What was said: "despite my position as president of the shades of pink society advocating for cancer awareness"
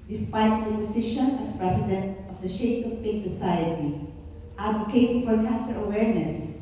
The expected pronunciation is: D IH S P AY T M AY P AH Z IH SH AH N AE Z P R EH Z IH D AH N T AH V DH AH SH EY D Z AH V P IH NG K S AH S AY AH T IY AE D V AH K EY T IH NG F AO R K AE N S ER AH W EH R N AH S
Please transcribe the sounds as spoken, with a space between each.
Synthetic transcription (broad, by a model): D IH S P AY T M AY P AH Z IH SH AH N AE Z P R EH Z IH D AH N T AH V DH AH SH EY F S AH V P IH K S AH S AY AH T IY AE D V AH K EY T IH F AO R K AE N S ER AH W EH R N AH S